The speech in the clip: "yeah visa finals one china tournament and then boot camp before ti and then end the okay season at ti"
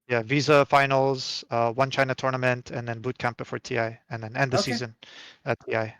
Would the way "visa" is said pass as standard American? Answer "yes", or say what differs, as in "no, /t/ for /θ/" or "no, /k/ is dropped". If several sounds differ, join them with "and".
yes